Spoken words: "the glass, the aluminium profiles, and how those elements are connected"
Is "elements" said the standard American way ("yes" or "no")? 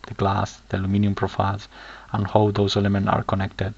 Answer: no